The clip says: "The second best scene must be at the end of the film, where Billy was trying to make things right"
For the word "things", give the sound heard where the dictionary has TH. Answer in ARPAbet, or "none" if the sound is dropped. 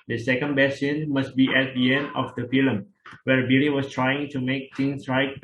T